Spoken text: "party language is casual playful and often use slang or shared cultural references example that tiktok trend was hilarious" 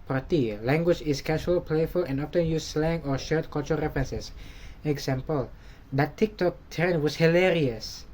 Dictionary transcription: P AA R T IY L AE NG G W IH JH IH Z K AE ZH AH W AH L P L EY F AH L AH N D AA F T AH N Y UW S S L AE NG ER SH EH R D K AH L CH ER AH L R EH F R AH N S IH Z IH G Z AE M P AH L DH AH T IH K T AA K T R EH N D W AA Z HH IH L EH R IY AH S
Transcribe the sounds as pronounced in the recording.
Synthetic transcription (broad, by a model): P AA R T IY L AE NG G W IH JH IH S K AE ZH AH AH L P L EY F AH L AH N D AA F T AH N Y UW S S L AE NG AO SH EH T K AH L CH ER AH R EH F R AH N S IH S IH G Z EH M P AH L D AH T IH K T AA K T EH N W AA S HH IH L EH R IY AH S